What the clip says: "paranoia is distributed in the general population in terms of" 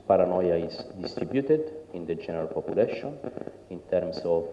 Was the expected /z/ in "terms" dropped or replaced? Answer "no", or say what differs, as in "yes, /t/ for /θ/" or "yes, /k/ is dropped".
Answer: yes, /s/ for /z/